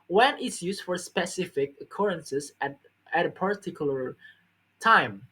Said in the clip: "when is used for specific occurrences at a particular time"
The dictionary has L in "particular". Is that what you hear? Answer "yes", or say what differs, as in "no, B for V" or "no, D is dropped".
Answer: no, L is dropped